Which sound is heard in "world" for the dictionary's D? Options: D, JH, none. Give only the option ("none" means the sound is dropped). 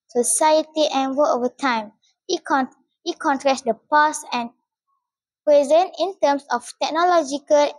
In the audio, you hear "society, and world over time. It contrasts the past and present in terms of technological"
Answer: none